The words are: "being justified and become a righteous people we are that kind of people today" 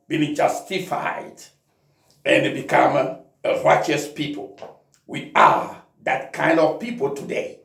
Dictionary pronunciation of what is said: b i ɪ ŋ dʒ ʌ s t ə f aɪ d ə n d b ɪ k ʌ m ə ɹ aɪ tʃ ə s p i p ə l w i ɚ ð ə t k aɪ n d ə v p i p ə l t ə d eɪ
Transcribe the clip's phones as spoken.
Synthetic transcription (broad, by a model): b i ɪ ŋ dʒ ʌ s t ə f aɪ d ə n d b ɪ k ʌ m ə ɹ aɪ tʃ ə s p i p ə l w i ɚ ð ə t k aɪ n d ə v p i p ə l t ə d eɪ